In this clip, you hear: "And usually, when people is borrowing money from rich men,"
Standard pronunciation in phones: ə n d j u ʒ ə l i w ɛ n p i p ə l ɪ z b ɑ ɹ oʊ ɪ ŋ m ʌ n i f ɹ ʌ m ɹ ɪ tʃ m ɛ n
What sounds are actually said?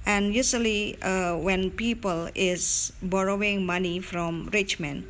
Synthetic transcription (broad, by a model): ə n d j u s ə l i w ɛ n p i p ə l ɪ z b ɑ ɹ oʊ ɪ ŋ m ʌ n i f ɹ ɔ m ɹ ɪ tʃ m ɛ n